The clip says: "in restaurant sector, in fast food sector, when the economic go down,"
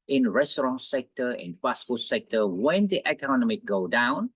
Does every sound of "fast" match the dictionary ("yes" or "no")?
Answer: no